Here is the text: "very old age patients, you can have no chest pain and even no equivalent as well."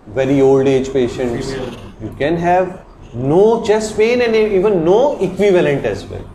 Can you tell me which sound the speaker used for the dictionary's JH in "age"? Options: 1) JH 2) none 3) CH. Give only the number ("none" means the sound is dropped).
1